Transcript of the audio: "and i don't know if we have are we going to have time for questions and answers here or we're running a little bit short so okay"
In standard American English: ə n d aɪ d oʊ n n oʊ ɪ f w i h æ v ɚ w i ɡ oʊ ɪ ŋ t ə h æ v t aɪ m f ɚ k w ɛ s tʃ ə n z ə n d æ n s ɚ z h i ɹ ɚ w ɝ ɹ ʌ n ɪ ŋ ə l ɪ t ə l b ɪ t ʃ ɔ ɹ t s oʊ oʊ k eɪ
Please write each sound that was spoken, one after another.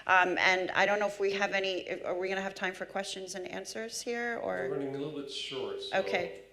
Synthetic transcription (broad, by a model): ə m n aɪ d oʊ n n oʊ ɪ f w i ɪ v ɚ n i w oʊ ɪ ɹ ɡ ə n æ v t aɪ m f ɚ k w ɛ s tʃ ə n z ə n æ n s ɚ z h i ɹ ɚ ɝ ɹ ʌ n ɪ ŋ ə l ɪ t l b ɪ t ʃ ɔ ɹ t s oʊ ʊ k eɪ